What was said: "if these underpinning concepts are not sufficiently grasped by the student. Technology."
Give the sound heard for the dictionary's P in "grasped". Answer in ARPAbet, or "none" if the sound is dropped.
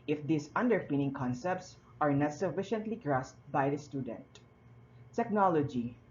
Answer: none